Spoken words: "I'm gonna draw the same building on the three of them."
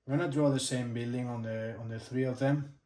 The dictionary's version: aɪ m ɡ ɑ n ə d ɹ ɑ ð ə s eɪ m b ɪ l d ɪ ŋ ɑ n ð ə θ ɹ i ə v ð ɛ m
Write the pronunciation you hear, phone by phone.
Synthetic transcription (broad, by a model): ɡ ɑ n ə d ɹ ɑ ð ə s eɪ m b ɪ l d ɪ ŋ ɑ n ð ə θ ɹ i ə v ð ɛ m